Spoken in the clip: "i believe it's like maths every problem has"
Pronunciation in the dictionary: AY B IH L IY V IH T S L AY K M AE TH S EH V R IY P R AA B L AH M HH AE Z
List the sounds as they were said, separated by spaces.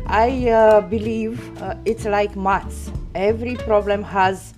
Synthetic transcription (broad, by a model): AY B IH L IY V IH T S L AY K M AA T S EH V R IY P R AA B L AH M HH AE Z